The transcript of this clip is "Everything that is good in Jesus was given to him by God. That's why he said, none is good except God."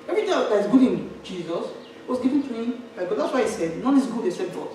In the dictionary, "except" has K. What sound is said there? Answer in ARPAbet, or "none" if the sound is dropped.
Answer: none